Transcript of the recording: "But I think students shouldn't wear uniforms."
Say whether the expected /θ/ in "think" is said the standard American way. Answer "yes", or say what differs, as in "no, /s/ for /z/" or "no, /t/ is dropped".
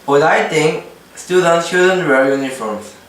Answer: no, /t/ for /θ/